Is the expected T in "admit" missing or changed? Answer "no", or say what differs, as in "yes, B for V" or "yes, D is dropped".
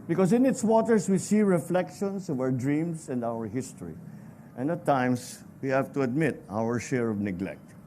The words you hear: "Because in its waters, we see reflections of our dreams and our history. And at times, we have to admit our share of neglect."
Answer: no